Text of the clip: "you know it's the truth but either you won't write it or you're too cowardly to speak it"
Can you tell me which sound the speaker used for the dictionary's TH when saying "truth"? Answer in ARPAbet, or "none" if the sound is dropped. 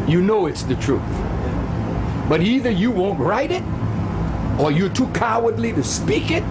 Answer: TH